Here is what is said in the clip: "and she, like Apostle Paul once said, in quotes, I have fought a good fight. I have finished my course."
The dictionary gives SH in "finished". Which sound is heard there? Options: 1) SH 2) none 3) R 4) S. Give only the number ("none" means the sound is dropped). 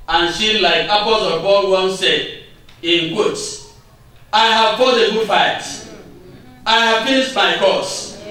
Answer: 4